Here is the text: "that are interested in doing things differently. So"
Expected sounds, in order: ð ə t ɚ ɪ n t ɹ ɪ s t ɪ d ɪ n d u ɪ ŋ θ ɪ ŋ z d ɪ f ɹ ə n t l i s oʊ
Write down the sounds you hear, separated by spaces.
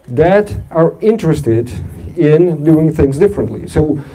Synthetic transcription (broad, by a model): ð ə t ɚ ɪ n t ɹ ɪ s t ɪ d ɪ n d u ɪ ŋ θ ɪ ŋ z d ɪ f ɹ ə n t l i s oʊ